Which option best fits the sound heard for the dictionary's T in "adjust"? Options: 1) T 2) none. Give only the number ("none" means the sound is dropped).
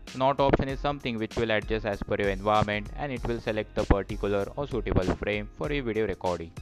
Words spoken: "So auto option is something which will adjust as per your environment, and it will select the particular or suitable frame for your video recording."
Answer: 2